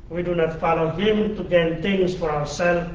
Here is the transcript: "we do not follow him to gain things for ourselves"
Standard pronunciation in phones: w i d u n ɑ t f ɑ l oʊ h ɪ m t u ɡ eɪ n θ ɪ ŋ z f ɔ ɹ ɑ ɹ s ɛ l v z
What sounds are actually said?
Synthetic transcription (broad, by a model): w i d u n ɑ t f ɑ l oʊ h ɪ m t u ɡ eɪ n t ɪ ŋ s f ɔ ɹ ɑ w s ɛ l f